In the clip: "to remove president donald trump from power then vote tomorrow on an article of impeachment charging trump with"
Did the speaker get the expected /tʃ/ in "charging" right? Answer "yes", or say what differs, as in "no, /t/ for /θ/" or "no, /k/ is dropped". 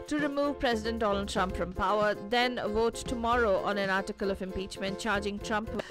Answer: yes